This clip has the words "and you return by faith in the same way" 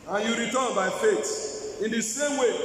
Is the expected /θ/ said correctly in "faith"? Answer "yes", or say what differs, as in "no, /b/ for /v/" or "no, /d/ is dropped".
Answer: no, /t/ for /θ/